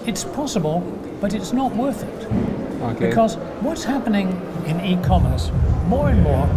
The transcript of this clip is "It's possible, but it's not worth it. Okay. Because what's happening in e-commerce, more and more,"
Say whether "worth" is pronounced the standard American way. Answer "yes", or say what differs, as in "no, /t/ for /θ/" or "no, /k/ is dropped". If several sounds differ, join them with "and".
yes